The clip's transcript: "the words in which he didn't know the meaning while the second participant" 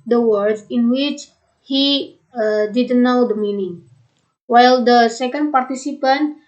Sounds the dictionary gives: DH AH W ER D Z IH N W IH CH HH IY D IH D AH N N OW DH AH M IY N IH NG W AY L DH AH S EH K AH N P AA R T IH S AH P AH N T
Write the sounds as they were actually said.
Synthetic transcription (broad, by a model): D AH W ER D IH N W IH CH HH IY D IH D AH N N OW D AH M IY N IH NG W AY L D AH S EH K AH N P AA R T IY S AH P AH N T